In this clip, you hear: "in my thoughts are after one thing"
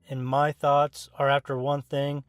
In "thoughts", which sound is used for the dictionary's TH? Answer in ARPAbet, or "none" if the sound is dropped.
TH